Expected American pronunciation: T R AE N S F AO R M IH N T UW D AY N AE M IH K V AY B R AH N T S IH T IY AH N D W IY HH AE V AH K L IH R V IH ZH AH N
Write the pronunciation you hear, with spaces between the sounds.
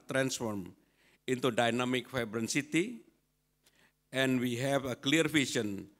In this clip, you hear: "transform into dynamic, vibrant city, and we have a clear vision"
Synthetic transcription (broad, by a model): T R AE N S F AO R M IH N T UW D AY N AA M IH K F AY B R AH N S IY T IY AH N W IY HH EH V AH K L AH R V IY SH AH N